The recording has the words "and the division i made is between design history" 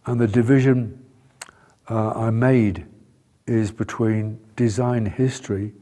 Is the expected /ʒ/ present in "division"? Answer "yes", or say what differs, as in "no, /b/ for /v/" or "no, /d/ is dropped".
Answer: yes